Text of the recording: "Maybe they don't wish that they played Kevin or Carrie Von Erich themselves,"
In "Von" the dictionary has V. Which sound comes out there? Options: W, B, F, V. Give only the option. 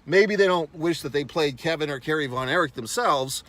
V